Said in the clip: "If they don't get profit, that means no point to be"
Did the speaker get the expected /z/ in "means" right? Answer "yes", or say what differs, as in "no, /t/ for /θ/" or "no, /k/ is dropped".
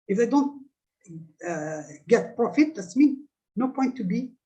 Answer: no, /z/ is dropped